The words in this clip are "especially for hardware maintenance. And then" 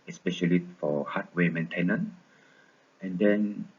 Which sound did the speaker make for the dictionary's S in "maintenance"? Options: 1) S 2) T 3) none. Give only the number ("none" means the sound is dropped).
3